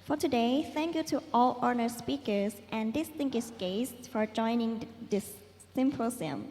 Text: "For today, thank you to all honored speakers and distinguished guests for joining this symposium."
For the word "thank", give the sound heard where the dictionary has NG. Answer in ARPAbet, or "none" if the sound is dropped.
NG